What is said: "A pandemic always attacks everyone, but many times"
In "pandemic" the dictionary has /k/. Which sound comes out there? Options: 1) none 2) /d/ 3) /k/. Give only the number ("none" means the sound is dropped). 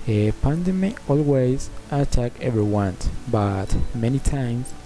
1